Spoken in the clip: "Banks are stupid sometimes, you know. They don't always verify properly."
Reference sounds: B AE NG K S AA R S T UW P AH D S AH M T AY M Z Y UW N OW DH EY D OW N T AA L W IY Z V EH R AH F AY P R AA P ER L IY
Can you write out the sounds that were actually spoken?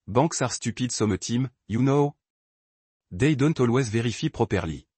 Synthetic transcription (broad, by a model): B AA K S AA R S T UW P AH D S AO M T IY M Y UW N OW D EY D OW N T AA L W IY Z V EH R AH F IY P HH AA P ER L IY